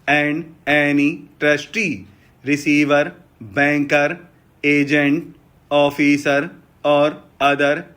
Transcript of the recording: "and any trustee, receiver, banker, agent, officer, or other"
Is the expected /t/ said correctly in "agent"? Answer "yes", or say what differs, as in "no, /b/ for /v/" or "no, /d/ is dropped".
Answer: yes